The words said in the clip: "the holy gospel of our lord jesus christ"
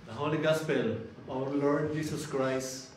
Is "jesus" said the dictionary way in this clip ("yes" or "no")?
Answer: no